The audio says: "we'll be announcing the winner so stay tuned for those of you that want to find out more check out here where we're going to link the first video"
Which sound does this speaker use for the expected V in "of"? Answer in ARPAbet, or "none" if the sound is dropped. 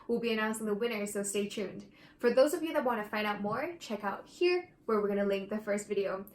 V